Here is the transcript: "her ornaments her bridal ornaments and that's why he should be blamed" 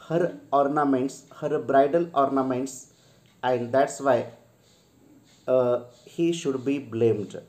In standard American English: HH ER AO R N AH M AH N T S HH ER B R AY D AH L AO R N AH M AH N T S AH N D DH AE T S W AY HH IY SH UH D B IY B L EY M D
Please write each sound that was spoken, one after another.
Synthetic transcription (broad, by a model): HH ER AO R N AH M AH N T S HH ER B R AY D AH N AO R N AH M AH N T S AH N D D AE T S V AY HH IY SH UH D B IY B L EY M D